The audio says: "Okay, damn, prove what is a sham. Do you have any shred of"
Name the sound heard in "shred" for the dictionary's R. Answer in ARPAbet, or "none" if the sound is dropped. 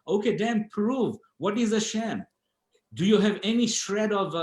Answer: R